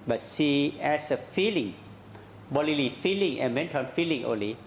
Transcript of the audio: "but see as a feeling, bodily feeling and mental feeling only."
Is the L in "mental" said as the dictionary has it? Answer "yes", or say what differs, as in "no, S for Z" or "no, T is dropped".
no, N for L